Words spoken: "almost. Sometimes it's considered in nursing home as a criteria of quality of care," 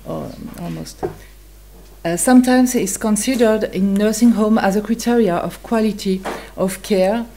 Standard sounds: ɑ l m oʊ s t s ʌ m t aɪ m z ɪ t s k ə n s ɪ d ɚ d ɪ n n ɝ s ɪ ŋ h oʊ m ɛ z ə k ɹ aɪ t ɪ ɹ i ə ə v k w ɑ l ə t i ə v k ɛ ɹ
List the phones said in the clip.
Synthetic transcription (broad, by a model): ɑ l m oʊ s t s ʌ m t aɪ m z ɪ t s k ə n s ɪ d ɚ d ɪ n n ɝ s ɪ ŋ h oʊ m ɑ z ə k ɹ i t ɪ ɹ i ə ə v k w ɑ l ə t i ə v k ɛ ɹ